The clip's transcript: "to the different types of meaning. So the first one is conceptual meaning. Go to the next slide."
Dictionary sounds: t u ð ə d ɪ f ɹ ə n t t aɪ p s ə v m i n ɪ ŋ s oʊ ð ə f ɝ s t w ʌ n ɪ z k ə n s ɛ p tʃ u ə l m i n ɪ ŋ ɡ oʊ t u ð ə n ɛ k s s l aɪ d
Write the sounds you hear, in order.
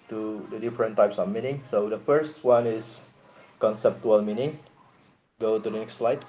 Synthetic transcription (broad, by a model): t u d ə d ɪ f ɹ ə n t t aɪ p s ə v m i n ɪ ŋ s oʊ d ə f ɝ s t w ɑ n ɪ s k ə n s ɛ p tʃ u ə l m i n ɪ ŋ ɡ oʊ t u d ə n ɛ k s s l aɪ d